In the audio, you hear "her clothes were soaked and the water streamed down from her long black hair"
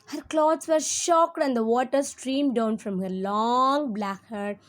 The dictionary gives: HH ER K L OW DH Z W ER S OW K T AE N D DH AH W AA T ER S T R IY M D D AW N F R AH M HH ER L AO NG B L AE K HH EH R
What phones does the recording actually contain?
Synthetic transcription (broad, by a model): HH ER K L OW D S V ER SH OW K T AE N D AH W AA T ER S T R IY M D D AW N F R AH M HH ER L AO NG B L AE K HH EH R